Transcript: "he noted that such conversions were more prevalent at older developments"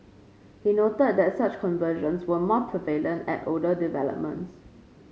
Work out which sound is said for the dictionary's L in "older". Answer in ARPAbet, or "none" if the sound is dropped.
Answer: none